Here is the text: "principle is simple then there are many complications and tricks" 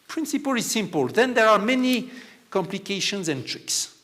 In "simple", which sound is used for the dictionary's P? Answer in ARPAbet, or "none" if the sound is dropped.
P